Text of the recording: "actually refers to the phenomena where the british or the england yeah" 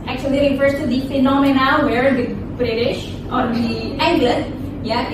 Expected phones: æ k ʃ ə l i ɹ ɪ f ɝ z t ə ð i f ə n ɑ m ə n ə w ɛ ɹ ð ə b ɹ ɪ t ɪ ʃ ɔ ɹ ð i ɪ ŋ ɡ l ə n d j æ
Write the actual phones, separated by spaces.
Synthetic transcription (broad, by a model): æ k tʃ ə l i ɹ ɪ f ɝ s t ə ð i f ə n ɑ m ə n ə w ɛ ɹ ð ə b ɹ ɪ t ɪ ʃ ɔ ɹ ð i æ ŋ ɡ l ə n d j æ